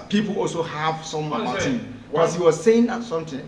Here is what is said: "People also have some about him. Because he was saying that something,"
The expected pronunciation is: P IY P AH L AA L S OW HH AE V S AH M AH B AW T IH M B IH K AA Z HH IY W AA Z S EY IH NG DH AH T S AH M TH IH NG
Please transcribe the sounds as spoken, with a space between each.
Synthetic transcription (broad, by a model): P IY P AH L AA L S OW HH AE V S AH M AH AW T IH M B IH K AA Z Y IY W AA Z S EY IH NG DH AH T S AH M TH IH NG